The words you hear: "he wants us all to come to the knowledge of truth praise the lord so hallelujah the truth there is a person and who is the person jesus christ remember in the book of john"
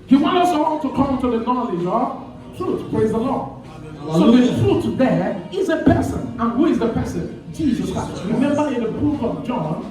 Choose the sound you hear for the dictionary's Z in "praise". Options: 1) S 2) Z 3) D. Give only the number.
2